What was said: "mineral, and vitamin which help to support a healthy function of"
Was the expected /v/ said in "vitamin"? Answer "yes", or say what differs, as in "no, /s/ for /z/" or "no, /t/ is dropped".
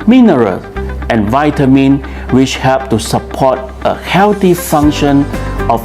yes